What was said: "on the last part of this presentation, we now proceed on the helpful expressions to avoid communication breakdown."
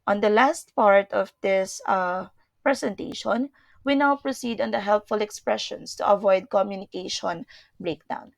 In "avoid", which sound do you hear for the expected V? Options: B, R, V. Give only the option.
V